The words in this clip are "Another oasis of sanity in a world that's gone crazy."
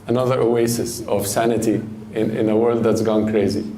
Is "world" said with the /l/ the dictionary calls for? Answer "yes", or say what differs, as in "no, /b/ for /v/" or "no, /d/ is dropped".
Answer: yes